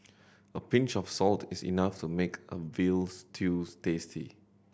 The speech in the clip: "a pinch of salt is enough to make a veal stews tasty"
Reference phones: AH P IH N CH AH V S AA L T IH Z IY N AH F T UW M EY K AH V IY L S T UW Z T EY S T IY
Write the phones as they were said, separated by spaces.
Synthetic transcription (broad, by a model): AH P IH N CH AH F S AA L T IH S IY N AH F T UW M EY K AH V IY L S T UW S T EY S T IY